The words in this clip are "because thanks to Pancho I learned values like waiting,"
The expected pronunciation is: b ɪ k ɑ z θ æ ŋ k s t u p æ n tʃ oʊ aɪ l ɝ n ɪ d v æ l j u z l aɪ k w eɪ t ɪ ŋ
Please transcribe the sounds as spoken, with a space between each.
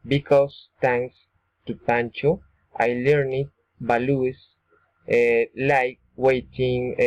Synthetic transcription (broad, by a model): b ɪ k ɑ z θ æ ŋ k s t u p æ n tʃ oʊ aɪ l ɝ n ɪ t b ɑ l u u s l aɪ k w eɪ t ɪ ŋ